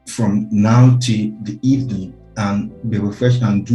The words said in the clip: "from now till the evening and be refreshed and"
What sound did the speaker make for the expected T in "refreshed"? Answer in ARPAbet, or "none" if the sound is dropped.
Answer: none